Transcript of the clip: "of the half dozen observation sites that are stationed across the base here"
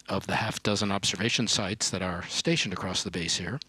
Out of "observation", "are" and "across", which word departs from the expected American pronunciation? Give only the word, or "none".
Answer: none